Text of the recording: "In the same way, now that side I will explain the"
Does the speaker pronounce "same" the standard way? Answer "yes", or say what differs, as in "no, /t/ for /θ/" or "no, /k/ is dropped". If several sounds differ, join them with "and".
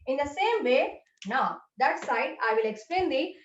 yes